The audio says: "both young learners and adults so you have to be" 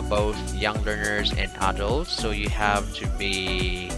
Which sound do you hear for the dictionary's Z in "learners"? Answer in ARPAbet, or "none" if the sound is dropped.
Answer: Z